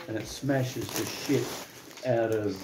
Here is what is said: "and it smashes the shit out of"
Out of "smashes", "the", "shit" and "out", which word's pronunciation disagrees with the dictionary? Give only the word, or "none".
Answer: none